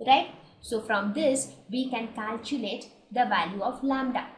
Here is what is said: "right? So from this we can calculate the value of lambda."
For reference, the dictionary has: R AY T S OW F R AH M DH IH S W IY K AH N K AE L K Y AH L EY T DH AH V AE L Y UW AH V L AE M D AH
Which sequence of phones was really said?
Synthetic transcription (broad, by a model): R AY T S OW F R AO M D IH S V IY K AH N K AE L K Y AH L EY T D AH V AE L Y UW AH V L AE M D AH